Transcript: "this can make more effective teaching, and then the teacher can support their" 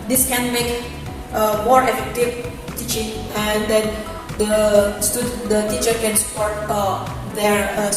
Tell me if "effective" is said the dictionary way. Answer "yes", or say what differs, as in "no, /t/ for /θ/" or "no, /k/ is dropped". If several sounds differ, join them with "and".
yes